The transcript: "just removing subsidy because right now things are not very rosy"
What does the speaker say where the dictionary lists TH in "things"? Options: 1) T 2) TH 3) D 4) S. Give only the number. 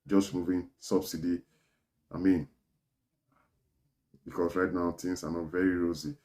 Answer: 1